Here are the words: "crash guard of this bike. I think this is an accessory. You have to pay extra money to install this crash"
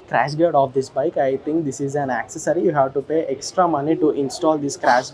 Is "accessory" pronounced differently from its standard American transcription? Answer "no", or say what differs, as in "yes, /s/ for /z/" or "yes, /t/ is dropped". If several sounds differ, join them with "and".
no